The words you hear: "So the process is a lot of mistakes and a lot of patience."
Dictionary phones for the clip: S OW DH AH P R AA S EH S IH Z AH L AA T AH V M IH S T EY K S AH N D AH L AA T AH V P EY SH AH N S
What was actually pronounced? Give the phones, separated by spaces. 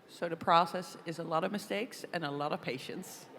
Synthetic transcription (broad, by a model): S OW DH AH P R AA S EH S IH Z AH L AA T AH V M IH S T EY K S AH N AH L AA T AH V P EY SH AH N S